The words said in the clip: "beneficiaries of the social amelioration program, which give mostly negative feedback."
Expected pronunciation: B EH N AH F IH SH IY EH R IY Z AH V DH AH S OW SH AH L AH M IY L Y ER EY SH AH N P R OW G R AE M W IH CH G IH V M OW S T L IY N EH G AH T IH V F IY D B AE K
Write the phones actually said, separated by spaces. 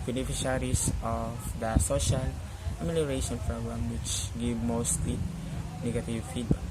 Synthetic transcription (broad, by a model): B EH N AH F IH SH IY R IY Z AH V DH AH S OW SH AH L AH M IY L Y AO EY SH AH N F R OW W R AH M W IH CH G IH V M OW S T L IY N EH G AH T IH V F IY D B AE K